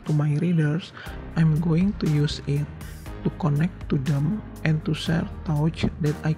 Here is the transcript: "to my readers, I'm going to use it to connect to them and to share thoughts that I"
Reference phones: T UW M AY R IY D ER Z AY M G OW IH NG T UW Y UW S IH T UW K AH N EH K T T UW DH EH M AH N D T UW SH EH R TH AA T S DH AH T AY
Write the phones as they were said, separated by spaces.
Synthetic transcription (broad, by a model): T UW M AY R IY D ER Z AY M G OW IH NG T UW Y UW S IH T UW K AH N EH K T T UW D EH M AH N T UW S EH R T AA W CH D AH T AY